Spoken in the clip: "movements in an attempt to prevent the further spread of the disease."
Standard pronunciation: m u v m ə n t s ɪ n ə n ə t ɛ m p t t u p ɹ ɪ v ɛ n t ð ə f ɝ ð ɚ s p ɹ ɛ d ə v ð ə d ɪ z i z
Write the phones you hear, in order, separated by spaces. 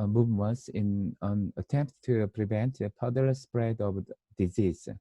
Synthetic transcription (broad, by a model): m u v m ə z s ɪ n ə n ə t ɛ m p t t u p ɹ ɪ v ɛ n t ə p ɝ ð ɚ s p ɹ ɛ d ə v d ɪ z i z